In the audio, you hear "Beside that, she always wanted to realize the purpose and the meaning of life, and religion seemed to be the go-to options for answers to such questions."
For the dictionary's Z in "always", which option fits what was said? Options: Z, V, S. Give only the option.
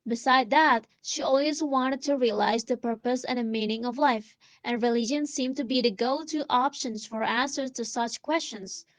Z